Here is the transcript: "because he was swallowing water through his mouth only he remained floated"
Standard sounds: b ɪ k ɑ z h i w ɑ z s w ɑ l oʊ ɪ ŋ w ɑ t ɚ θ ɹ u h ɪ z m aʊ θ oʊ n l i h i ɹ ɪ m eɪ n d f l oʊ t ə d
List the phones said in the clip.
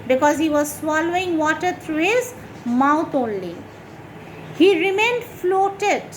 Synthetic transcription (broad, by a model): b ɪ k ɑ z h i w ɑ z s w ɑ l oʊ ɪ ŋ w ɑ t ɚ t ɹ u h ɪ z m aʊ t oʊ n l i h i ɹ ɪ m eɪ n d f l oʊ t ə d